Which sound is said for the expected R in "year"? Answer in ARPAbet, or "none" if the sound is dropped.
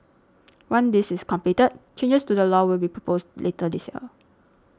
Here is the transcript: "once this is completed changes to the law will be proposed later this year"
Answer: L